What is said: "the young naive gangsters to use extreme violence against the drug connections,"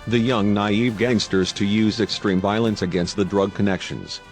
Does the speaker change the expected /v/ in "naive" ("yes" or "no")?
no